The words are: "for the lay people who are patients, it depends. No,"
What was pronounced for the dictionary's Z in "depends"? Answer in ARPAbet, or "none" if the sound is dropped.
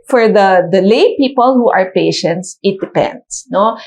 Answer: S